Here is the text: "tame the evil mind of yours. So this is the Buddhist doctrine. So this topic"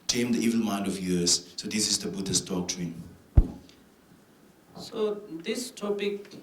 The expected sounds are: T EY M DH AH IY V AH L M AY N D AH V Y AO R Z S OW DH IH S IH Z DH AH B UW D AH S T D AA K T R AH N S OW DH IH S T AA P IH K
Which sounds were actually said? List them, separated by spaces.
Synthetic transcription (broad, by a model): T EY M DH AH IY V AH L M AY N D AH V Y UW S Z S OW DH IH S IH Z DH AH B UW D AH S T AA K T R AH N S OW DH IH S T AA P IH K